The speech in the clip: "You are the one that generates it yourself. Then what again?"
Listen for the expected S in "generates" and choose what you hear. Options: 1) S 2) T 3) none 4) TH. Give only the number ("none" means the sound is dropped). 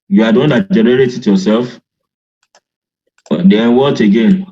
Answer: 3